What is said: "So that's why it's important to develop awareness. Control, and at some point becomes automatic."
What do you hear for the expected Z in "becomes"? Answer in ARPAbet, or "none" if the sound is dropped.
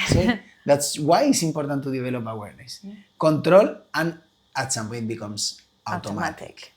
S